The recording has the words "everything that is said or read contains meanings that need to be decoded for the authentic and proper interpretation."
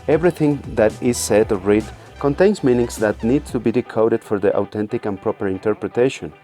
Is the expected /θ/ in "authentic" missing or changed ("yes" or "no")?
yes